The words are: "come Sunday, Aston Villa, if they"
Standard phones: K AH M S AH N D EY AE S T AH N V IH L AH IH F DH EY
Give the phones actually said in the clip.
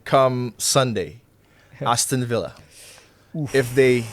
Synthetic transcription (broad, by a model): K AH M S AH N D EY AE S T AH N V IH L AH IH F DH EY